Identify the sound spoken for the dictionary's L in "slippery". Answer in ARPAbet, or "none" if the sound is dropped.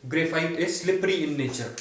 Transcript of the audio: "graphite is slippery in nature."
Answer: L